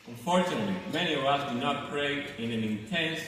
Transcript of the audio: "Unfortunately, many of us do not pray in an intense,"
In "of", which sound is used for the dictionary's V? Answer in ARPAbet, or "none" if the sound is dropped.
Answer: V